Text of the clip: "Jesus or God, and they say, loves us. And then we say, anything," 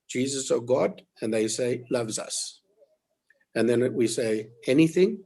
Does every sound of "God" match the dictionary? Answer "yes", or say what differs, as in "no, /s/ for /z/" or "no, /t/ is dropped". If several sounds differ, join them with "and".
yes